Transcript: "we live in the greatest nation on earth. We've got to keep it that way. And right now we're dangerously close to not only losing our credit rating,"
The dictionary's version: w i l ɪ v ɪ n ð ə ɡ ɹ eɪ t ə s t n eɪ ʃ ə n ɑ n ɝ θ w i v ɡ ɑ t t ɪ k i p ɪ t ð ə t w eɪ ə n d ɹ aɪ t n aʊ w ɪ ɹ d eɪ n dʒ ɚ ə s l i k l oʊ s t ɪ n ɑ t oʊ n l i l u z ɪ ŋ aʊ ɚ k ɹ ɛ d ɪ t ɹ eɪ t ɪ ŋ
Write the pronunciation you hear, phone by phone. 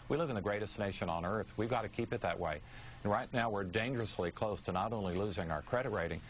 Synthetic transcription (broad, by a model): w i l ɪ v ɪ n ð ə ɡ ɹ eɪ t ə s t n eɪ ʃ ə n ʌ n ɝ θ w i v ɡ ɑ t t ɪ k i p ɪ t ð ə t w eɪ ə n ɹ aɪ t n aʊ w ɪ ɹ d eɪ n dʒ ɚ ə s l i k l oʊ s t ɪ n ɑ t oʊ n l i l u z ɪ ŋ aʊ ɚ k ɹ ɛ d ɪ t ɹ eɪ t ɪ ŋ